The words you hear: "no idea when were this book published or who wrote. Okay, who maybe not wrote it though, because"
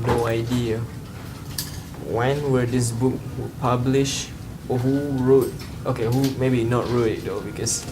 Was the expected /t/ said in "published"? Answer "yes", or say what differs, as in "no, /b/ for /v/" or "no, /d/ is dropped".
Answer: no, /t/ is dropped